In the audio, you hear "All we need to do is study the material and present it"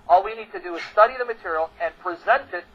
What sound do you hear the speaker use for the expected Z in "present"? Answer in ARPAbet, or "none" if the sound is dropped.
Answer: Z